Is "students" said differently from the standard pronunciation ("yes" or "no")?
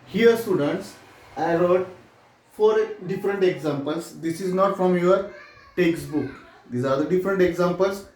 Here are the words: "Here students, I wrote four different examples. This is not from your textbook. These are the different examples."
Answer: no